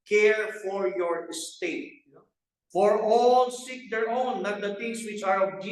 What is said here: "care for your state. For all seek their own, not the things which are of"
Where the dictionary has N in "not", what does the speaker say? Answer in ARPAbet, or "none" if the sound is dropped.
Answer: L